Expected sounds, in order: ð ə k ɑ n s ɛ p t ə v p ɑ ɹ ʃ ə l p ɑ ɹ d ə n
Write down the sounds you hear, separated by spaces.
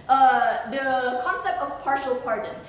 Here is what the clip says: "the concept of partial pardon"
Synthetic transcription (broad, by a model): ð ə k ɑ n s ɛ p t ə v p ɑ ɹ ʃ ə l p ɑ ɹ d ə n